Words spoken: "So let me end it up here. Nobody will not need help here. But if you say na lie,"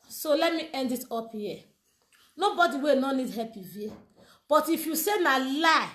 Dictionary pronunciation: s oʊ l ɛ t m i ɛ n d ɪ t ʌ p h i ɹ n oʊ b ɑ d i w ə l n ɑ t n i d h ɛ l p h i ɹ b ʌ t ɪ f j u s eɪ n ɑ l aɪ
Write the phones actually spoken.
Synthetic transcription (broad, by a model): s oʊ l ɛ t m i ɛ n d ɪ t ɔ p h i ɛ n oʊ b ɑ d i w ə n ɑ n i d h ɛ p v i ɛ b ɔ t ɪ f j u s eɪ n ɑ l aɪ